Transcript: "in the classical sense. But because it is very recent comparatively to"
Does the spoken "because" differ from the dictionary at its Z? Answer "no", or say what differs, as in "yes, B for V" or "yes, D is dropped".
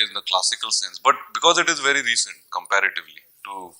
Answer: no